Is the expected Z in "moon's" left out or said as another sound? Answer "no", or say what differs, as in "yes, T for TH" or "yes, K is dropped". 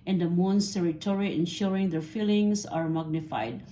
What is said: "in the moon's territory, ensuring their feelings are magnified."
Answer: yes, S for Z